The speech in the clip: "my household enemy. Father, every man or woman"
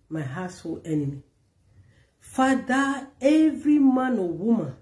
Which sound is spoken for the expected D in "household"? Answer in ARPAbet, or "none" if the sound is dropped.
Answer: none